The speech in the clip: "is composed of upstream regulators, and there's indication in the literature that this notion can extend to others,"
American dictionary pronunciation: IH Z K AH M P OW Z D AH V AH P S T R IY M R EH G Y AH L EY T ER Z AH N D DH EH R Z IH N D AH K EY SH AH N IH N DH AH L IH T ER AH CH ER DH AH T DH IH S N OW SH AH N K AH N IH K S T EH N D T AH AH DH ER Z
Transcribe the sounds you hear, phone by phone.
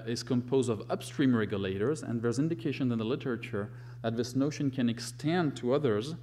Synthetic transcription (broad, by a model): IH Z K AH M P OW Z D AH V AH P S T R IY M R EH G Y AH L EY T ER Z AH N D DH EH R Z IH N D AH K EY SH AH N IH N DH AH L IH T ER AH CH ER DH AH T DH IH S N OW SH AH N K AH N IH K S T EH N D T AH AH DH ER Z